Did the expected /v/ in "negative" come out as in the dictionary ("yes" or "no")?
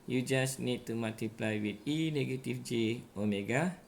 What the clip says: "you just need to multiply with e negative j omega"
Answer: no